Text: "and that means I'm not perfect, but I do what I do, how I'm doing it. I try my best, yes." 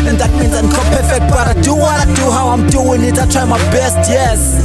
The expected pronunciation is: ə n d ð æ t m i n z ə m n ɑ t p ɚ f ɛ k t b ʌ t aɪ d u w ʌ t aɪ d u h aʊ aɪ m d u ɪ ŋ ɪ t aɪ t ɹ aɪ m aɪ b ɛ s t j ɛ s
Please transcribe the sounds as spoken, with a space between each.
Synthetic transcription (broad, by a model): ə n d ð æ t m i n z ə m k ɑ p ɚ f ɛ k t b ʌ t aɪ d u w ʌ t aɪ d u h aʊ aɪ m d u ɪ ŋ ɪ t aɪ t ɹ aɪ m aɪ b ɛ s t j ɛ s